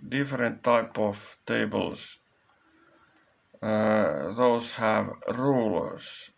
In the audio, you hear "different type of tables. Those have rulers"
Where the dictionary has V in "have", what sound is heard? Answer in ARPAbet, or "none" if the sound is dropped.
V